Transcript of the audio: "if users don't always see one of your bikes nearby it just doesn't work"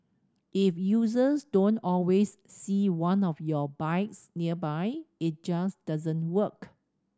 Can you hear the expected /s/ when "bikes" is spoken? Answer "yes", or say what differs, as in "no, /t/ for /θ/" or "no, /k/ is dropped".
yes